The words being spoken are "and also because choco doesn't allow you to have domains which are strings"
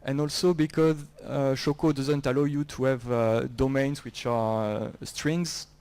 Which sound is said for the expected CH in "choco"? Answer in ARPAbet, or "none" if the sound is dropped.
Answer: SH